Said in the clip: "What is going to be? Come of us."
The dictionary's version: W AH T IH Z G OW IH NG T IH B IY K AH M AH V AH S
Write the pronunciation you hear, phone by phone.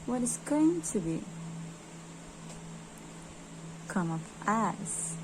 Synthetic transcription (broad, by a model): W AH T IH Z G OW IH NG T IH B IY K AH M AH P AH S